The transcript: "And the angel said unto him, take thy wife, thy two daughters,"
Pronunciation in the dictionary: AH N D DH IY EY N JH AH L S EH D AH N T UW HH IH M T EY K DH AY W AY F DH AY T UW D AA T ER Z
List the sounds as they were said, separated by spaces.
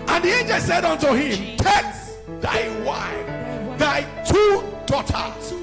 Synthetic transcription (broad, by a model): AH N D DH IY EY N JH AH L S EH D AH N T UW HH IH M T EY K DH AY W AY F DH AY T UW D AA T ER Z